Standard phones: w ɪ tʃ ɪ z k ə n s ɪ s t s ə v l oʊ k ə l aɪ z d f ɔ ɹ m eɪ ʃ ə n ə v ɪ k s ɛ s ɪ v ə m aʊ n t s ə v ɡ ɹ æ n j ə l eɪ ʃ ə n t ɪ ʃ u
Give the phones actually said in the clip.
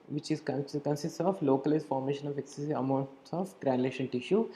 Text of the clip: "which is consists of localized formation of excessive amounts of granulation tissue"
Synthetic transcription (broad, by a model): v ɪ tʃ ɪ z k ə n s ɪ s t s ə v l oʊ k ə l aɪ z f ɔ ɹ m eɪ ʃ ə n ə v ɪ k s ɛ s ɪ ə m aʊ n t s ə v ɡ ɹ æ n l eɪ ʃ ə n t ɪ ʃ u